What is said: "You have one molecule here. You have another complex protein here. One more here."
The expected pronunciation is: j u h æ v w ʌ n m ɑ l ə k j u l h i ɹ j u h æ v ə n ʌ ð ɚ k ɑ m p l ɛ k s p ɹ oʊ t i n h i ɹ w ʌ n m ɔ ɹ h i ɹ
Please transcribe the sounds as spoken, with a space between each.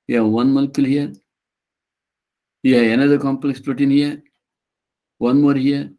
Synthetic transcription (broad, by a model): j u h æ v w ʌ n m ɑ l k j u l h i ɹ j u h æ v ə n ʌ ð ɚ k ɑ m p l ɛ k s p oʊ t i n h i ɹ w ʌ n m ɔ ɹ h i ɹ